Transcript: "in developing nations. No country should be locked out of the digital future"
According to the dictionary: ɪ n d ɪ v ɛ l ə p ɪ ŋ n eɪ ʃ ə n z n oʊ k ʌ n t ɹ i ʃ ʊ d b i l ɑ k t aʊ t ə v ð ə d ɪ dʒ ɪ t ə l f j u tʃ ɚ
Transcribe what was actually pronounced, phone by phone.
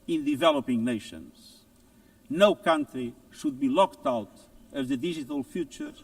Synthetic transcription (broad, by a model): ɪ n d ɪ v ɛ l ə p ɪ ŋ n eɪ ʃ ə n z n oʊ k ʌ n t ɹ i ʃ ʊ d b i l ɑ k t aʊ t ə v ð ə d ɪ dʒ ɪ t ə l f j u tʃ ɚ